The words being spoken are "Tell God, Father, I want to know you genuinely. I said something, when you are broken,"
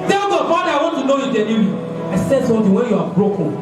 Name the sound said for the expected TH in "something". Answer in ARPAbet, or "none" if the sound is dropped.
T